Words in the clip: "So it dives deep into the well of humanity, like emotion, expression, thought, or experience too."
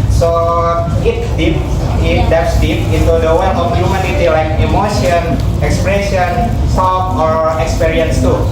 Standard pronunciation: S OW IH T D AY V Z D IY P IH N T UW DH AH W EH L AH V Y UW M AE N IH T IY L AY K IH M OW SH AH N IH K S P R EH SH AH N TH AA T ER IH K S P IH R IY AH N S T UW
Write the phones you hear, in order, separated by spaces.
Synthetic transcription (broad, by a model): S OW IH T D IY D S D IY P IH N T UW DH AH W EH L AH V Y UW M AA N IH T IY L AY K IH M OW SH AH N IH K S P R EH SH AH N S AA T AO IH K S P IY R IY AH N S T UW